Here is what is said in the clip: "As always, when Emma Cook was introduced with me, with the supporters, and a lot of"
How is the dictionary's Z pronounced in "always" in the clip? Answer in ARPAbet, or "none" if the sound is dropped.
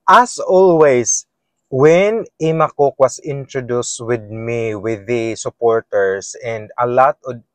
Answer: S